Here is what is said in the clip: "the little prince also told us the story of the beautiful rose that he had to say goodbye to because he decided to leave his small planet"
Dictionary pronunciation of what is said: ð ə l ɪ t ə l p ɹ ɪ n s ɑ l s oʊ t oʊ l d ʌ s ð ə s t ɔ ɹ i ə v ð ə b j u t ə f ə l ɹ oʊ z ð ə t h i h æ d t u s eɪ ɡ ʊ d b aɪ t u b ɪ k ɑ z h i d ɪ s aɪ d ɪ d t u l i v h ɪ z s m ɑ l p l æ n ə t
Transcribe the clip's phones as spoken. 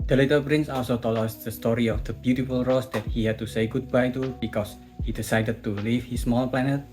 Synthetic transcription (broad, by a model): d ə l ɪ t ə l p ɹ ɪ n s ɑ l s oʊ t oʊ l ʌ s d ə s t ɔ ɹ i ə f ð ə b j u t ə f ə l ɹ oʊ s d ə t h i h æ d t u s eɪ ɡ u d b aɪ t u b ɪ k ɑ s h i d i s aɪ d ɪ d t u l i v h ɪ s m ɑ l p l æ n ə t